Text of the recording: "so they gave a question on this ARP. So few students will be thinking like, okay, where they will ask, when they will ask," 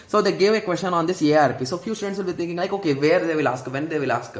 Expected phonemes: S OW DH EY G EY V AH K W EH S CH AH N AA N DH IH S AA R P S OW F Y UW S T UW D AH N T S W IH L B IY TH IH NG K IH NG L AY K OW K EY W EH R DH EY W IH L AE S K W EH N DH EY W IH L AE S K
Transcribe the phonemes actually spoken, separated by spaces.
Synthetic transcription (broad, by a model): S OW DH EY G EY V AH K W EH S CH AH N AA N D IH S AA R P S OW F Y UW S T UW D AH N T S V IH L B IY T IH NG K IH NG L AY K OW K EY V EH R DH EY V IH L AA S K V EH N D EY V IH L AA S K